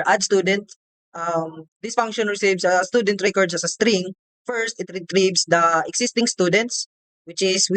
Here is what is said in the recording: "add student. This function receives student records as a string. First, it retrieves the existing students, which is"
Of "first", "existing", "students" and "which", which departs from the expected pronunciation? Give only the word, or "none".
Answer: existing